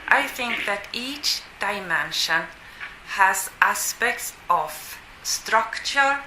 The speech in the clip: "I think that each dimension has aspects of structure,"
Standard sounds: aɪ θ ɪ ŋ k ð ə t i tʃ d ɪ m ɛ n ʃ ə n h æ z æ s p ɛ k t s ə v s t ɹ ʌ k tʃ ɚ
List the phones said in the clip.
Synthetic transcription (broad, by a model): aɪ θ ɪ ŋ k ð ə t i tʃ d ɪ m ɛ n ʃ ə n h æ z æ s p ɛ k t s ə v s t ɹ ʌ k tʃ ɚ